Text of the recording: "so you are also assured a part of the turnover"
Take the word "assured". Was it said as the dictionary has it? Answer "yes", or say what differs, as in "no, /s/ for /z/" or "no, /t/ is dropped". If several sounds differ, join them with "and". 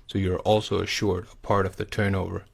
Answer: yes